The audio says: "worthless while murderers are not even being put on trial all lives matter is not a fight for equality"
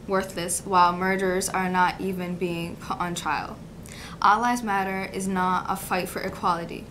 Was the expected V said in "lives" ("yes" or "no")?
no